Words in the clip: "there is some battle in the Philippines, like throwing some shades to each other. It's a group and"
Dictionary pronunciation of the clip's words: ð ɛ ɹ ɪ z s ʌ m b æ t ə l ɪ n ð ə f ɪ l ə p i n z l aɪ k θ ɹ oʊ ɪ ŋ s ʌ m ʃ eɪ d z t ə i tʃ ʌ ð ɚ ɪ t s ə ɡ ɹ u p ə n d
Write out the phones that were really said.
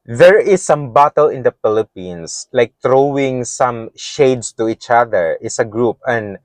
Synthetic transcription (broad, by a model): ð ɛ ɹ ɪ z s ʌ m b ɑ t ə l ɪ n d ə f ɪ l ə p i n s l aɪ k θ ɹ oʊ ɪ ŋ s ʌ m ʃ eɪ d s t ə i tʃ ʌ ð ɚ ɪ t s ə ɡ ɹ u p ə n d